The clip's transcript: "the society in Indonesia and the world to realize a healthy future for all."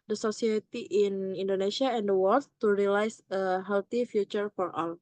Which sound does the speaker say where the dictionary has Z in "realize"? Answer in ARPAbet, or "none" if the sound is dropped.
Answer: S